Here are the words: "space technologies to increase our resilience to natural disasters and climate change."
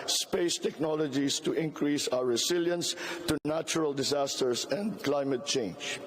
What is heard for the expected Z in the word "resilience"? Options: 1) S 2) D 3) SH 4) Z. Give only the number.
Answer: 1